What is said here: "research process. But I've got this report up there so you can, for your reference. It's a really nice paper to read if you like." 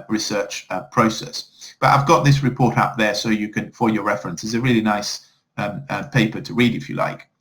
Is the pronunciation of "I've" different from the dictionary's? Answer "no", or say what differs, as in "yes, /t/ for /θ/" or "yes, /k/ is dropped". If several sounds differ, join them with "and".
no